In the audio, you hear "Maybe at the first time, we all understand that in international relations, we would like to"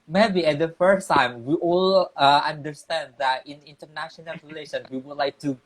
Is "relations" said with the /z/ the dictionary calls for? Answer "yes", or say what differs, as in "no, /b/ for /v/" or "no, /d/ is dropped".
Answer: no, /z/ is dropped